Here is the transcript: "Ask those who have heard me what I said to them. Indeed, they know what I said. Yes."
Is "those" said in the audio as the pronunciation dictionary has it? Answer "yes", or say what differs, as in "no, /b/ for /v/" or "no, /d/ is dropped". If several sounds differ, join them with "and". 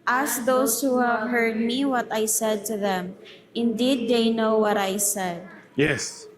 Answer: no, /s/ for /z/